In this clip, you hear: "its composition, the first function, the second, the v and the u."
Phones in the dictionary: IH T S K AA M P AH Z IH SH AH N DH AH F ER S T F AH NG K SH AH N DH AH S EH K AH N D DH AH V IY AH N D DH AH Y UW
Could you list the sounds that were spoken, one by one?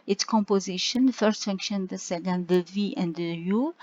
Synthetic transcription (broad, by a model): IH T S K AA M P AH Z IH SH AH N F ER S T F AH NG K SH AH N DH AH S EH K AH N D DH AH V IY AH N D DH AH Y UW